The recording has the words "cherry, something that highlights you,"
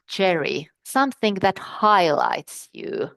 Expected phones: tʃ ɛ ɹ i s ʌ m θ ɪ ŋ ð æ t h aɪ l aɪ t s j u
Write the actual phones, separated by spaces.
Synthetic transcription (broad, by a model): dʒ ɛ ɹ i s ʌ m θ ɪ ŋ ð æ t h aɪ l aɪ t s j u